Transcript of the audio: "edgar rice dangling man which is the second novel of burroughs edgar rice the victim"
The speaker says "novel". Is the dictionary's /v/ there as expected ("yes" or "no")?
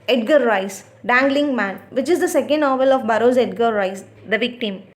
yes